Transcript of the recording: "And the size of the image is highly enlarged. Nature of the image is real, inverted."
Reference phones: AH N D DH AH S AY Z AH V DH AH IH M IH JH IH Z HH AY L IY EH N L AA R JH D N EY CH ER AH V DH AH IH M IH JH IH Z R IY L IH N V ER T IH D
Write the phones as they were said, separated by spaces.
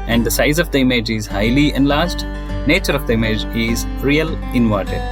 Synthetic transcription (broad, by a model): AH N D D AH S AY Z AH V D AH IH M IH JH IH Z HH AY L IY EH N L AA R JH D N EY CH ER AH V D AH IH M IH JH IH Z R IY L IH N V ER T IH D